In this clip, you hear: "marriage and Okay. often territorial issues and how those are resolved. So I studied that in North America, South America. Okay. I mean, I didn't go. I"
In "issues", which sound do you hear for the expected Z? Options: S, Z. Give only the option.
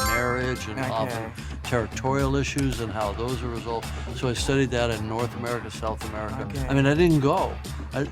Z